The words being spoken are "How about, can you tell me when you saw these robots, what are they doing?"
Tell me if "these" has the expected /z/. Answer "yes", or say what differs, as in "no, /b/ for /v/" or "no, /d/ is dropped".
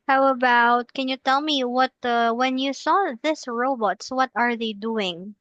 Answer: no, /s/ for /z/